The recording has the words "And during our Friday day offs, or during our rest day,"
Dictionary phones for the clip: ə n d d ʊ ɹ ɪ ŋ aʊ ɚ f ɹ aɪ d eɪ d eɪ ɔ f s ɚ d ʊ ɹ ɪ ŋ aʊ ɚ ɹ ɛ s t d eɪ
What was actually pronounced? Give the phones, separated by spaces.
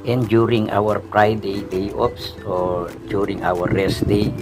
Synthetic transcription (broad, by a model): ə n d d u ɹ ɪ ŋ aʊ ɚ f ɹ aɪ d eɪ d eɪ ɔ p s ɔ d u ɹ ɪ ŋ aʊ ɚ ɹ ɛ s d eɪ